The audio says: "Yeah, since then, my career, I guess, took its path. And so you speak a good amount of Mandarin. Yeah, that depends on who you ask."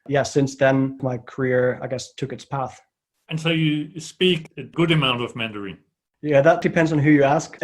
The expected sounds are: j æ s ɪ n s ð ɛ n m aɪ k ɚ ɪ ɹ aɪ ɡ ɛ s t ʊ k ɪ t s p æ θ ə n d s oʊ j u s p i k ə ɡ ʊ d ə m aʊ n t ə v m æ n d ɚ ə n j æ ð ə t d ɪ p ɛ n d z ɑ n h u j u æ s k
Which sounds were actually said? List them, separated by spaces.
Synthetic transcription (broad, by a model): j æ s ɪ n s ð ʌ n m aɪ k ɚ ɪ ɹ aɪ ɡ ɛ s t ʊ k ɪ t s p æ θ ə n s oʊ j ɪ s p i k ə ɡ ʊ d ə m aʊ n t ə v m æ n d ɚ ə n j æ ð ə t d ɪ p ɛ n d z n h u j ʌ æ s k